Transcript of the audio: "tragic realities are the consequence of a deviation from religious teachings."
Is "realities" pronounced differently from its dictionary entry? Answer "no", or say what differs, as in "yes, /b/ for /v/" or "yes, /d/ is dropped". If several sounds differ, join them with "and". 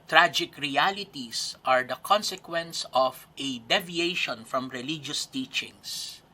yes, /s/ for /z/